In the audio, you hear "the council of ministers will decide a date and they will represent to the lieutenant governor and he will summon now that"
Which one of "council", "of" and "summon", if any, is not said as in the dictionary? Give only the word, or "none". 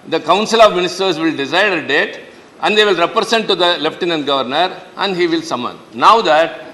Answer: none